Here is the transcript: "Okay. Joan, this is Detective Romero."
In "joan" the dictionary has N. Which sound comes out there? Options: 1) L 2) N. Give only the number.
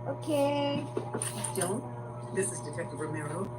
1